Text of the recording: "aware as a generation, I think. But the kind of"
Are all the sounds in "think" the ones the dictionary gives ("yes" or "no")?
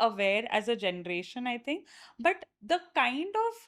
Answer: no